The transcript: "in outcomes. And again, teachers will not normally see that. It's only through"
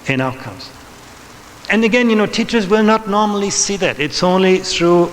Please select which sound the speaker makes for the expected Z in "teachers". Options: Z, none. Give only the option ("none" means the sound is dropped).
Z